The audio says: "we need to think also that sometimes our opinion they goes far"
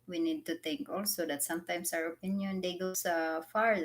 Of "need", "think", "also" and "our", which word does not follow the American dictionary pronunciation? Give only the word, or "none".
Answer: think